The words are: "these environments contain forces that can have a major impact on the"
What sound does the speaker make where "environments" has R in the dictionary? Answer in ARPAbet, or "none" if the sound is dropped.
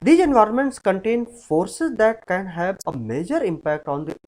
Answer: R